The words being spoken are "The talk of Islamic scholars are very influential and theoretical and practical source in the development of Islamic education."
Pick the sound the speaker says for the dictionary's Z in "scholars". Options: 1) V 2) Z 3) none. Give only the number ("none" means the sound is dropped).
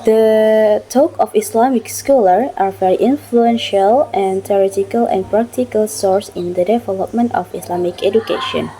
3